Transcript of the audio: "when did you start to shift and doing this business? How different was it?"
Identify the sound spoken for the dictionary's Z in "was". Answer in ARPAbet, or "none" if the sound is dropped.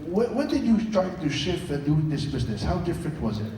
Z